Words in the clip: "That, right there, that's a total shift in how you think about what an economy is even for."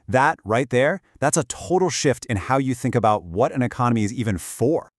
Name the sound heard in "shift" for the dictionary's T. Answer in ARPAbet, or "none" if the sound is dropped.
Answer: T